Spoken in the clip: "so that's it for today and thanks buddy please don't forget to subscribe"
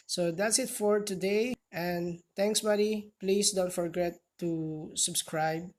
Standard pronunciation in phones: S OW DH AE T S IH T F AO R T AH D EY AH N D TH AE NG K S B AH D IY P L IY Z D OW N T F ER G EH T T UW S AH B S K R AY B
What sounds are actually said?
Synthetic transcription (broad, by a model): S OW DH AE T S IH T F AO R T AH D EY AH N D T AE NG K S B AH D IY P L IY S D OW N T F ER G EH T T UW S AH B S K R AY B